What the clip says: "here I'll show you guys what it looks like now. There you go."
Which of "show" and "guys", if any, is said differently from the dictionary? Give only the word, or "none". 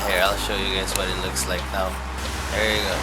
guys